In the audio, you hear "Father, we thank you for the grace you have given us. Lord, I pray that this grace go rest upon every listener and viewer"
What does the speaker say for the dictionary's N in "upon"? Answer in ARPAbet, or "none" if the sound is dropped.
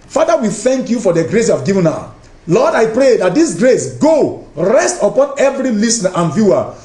N